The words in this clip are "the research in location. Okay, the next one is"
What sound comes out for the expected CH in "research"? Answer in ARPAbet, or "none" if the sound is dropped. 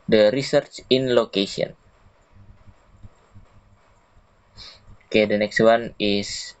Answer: CH